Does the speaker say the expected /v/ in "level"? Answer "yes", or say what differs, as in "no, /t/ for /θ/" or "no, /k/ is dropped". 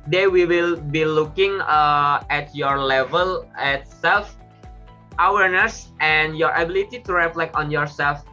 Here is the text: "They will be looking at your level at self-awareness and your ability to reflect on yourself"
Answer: yes